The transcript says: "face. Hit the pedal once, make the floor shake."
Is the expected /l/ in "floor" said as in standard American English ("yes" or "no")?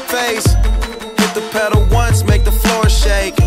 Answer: yes